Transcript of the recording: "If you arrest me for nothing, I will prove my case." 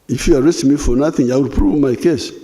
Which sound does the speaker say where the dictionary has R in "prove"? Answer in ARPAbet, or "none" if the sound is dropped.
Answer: R